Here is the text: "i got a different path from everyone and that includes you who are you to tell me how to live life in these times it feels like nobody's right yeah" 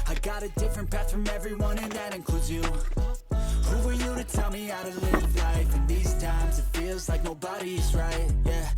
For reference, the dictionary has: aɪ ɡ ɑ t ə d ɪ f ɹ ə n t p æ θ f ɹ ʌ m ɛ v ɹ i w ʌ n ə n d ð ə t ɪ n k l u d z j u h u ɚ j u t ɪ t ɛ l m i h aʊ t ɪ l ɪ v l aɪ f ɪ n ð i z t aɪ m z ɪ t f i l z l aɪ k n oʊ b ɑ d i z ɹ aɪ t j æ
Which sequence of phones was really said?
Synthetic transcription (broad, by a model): aɪ ɡ ɑ t ə d ɪ f ɹ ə n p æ t f ɹ ʌ m ɛ v ɹ i w ʌ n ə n ð ə t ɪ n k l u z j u h u ɚ j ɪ t ɪ t ɛ l m i aʊ t ɪ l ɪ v l aɪ f ɪ n ð i z t aɪ m z ɪ t f i l z l aɪ k n oʊ b ɑ d i z ɹ aɪ t j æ